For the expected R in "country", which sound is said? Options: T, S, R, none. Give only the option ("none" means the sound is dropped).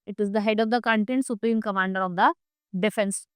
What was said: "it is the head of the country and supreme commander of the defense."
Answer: none